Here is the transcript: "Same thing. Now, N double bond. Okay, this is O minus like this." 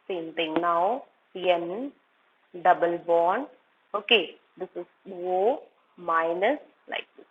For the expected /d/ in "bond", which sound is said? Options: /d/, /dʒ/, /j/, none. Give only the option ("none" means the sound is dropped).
none